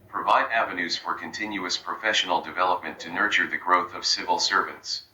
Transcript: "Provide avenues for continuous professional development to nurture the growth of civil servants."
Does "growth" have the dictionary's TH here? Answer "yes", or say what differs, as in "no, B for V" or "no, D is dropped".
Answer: yes